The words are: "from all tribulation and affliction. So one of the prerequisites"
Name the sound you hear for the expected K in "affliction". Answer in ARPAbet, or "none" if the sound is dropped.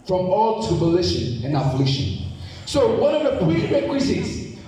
none